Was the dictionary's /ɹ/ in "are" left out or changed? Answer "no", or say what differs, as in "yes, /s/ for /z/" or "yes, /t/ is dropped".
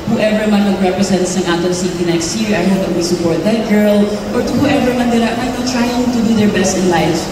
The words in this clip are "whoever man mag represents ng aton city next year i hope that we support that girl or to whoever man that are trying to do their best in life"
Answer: yes, /l/ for /ɹ/